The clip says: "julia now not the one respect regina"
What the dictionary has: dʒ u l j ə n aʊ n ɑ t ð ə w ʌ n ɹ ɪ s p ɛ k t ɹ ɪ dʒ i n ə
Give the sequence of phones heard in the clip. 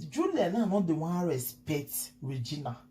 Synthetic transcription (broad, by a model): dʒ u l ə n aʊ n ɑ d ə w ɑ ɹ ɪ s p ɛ t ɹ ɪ dʒ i n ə